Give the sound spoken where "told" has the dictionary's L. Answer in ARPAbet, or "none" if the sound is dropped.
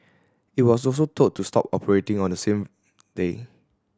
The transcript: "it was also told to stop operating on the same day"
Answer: none